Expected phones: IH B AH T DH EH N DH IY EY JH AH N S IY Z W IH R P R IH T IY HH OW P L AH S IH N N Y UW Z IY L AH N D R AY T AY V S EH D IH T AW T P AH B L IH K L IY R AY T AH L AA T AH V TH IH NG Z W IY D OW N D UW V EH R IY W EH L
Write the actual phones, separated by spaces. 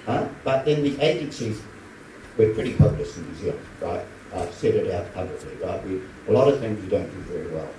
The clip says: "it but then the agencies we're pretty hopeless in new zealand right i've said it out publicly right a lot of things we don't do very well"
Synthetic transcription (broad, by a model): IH B AH T DH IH N DH IY EY JH AH N S IY Z W IH R P R IH T IY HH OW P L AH S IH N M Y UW Z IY AH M R AY T AY V S EH D IH T AW T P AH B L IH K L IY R AY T AH L AA T AH V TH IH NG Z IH D OW N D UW V EH R IY W EH L